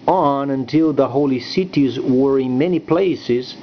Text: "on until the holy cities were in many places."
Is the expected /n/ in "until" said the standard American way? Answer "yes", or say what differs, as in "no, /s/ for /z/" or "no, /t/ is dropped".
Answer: yes